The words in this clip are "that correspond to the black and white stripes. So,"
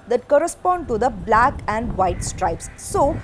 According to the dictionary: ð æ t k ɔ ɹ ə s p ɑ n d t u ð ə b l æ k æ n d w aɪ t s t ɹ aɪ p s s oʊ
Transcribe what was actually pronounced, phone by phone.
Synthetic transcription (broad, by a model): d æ t k ɔ ɹ ə s p ɑ n d t u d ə b l æ k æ n d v aɪ t s t ɹ aɪ p s s oʊ